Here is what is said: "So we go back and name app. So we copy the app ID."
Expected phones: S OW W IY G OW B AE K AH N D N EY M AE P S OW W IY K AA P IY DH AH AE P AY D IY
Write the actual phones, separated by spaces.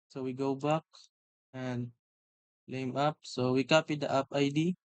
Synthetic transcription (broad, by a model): S OW W IY G OW B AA K AH N D L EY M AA P S OW W IY K AA P IY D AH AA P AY D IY